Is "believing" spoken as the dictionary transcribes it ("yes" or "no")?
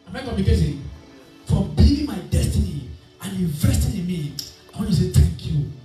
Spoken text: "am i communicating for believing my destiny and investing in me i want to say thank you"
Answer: no